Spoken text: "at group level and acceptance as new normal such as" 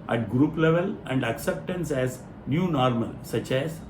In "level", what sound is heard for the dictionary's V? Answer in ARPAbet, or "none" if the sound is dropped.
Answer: V